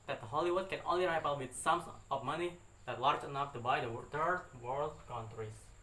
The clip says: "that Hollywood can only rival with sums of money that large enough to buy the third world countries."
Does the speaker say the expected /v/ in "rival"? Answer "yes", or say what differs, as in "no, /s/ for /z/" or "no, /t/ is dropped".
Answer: no, /p/ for /v/